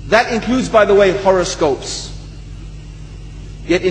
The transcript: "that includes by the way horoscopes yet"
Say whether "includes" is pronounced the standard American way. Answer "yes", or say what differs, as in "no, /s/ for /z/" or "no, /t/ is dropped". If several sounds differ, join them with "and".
yes